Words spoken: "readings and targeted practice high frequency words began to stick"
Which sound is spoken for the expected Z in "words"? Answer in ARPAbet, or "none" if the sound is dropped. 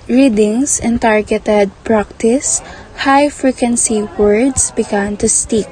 S